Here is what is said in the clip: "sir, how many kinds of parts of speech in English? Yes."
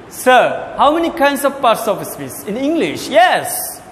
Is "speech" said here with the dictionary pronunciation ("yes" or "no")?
no